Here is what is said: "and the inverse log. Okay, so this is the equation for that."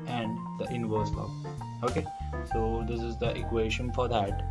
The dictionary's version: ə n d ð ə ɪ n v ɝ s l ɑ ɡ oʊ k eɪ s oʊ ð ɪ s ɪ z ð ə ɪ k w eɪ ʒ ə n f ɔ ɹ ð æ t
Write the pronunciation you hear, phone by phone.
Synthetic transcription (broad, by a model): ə n d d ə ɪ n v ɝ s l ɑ oʊ k eɪ s oʊ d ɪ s ɪ z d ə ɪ k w eɪ ʃ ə n f ɔ ɹ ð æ t